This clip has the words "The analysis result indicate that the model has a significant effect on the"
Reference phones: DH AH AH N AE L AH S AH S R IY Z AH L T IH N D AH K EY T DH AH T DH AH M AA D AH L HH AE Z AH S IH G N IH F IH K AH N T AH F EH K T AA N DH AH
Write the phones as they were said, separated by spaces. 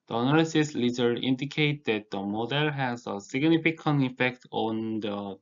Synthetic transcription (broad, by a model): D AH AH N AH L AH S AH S L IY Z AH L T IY N D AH K EY T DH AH T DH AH M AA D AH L HH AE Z AH S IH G N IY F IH K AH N AH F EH K T AA N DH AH